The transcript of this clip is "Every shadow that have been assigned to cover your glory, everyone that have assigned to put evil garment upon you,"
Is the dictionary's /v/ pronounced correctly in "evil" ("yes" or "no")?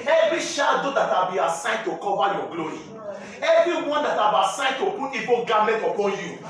no